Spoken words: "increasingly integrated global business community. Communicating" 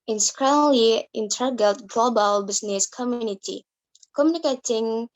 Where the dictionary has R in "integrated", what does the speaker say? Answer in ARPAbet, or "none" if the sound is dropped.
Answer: none